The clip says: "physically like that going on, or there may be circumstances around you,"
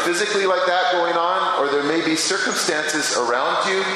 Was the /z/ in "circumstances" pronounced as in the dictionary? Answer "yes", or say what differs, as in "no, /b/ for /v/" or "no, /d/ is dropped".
yes